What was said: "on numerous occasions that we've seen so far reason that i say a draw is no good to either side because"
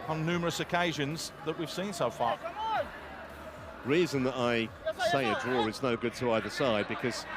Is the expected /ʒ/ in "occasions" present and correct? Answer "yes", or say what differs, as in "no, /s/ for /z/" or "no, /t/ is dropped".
yes